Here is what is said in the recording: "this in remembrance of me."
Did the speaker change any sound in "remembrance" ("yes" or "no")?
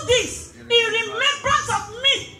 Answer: yes